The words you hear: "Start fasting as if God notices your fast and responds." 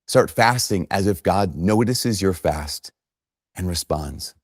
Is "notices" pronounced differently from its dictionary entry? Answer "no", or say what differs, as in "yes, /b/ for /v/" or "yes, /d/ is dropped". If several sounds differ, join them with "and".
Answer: no